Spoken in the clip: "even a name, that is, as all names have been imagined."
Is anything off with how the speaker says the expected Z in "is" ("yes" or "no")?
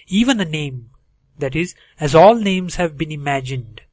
no